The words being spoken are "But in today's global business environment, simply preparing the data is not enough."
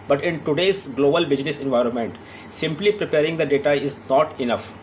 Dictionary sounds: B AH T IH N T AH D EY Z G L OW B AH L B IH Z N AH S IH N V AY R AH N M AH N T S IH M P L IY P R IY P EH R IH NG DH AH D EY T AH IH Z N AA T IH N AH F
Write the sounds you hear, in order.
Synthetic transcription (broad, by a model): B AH T IH N T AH D EY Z G L OW B AH L B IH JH N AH S IH N V AY R AH N M AH N T S IH M P L IY P R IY P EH R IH NG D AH D EY T AH IH Z N AA T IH N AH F